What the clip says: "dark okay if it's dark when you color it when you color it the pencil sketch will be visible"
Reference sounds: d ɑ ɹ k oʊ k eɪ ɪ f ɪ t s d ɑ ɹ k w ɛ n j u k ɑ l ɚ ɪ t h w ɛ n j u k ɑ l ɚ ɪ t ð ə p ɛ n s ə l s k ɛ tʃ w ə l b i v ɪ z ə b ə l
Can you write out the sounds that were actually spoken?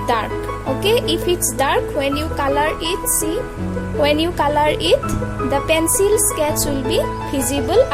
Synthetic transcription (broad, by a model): d ɑ ɹ k oʊ k eɪ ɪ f ɪ t s d ɑ ɹ k w ɛ n j u k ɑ l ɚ ɪ t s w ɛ n j u k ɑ l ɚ ɪ t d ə p ɛ n s ə l s k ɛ s w ə l b i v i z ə b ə l